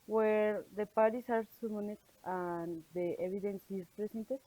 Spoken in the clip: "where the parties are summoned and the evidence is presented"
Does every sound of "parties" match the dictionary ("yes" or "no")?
no